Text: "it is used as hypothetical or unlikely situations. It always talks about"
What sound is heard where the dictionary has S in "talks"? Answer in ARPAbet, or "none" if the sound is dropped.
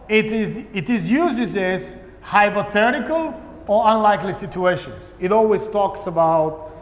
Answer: S